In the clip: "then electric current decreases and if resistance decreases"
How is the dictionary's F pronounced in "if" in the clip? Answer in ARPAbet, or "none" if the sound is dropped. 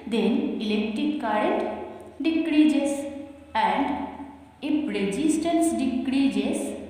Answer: P